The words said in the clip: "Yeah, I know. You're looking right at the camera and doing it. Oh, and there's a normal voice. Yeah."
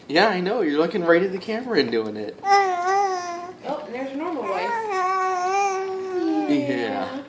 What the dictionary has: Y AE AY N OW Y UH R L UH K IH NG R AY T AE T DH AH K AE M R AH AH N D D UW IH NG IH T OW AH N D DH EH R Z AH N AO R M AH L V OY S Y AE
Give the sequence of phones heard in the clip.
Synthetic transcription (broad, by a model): Y AE AY N OW Y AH R L UH K IH NG R AY T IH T DH AH K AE M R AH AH N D D UW IH NG IH T OW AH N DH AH R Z AH N AO R M L W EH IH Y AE